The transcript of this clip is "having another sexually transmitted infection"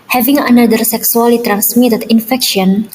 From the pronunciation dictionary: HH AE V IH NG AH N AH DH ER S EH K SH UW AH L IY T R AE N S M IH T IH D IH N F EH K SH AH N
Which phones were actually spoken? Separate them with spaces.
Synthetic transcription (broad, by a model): HH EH V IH NG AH N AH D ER S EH K S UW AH L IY T R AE N S M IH T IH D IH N F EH K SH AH N